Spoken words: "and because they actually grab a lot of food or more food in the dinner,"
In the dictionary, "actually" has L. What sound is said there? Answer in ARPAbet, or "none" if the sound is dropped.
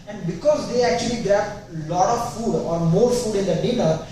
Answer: L